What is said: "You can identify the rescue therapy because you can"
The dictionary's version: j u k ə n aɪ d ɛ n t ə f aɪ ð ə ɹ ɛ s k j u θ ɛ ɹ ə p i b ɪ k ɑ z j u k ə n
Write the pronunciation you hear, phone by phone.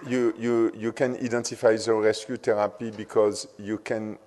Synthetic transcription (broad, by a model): j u k ə n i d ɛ n t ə f aɪ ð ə ɹ ɛ s k j u t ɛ ɹ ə p i b ɪ k ɑ z j u k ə n